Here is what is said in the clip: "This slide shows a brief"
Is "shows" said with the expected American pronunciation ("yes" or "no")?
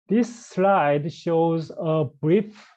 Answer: yes